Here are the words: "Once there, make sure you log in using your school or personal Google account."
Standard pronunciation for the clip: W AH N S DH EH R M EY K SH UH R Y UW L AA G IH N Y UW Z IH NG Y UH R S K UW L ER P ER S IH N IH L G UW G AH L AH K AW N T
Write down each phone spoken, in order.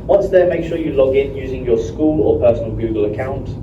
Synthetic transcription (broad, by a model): W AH N S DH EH M EY K SH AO Y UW L AA G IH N Y UW Z IH NG Y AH S K UW L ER P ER S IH N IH L G UW G AH L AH K AW N T